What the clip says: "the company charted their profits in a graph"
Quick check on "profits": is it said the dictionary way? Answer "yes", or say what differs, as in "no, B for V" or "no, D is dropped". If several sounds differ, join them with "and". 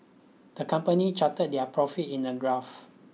no, S is dropped